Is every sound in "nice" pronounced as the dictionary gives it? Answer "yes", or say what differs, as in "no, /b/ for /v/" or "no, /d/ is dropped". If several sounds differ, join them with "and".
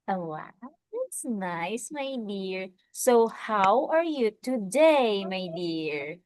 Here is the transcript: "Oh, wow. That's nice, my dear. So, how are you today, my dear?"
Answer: yes